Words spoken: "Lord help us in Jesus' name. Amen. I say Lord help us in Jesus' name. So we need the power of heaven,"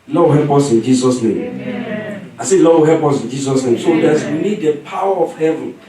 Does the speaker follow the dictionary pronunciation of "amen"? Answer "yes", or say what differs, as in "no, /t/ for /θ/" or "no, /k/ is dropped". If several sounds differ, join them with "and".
no, /m/ is dropped